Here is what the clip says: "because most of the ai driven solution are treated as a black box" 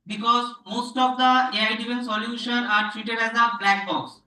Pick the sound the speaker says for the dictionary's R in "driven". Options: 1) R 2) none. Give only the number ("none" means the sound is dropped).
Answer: 2